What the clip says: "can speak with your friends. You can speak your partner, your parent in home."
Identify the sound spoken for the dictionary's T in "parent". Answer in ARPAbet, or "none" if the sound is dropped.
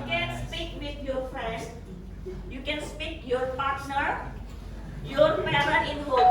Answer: none